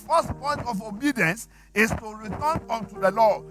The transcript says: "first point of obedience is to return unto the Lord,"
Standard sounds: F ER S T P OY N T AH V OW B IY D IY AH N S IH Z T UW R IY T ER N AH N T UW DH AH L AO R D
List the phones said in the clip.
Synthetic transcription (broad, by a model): F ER S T P OY N T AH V OW B IY D IY AH N S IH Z T UW R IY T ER N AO N T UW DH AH L AO